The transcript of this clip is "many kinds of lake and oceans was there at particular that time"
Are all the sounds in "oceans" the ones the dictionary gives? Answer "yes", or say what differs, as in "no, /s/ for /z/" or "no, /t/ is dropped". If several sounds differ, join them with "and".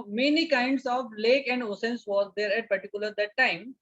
no, /s/ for /ʃ/